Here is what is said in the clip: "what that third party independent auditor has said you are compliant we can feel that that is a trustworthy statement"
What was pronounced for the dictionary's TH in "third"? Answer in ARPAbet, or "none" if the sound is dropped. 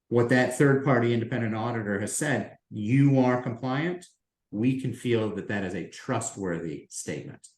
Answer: TH